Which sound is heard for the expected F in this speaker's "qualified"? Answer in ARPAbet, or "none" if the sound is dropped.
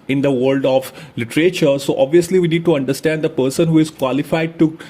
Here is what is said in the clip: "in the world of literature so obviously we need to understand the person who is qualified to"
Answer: F